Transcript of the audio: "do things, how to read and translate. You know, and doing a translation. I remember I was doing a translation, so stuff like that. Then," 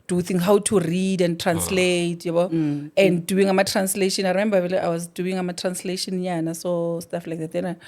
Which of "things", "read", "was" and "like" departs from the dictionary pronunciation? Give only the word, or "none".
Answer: things